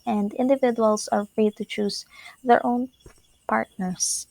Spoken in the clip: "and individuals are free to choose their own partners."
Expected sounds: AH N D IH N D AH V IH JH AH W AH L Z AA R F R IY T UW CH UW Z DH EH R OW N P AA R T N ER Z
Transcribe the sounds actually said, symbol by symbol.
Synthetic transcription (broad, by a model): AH N D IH N D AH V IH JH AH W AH L S AA R F R IY T UW CH UW S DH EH R OW N P AA R T N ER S